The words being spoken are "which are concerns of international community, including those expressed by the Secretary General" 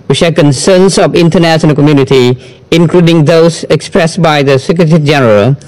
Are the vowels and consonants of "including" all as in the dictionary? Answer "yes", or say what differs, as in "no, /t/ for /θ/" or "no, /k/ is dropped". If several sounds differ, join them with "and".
yes